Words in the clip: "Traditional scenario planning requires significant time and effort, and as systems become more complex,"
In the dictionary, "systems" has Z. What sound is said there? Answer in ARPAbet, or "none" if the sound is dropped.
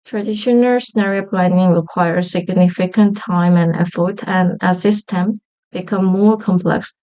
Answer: none